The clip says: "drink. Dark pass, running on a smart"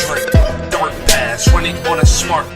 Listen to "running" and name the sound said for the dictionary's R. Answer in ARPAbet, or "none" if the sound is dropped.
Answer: W